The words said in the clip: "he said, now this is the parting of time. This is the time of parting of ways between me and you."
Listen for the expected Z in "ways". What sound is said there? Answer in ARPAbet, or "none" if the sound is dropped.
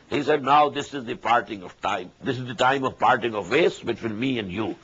S